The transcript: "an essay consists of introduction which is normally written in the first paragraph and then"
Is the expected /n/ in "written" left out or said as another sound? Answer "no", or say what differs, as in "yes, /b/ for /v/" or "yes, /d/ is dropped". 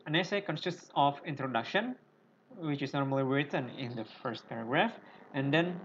no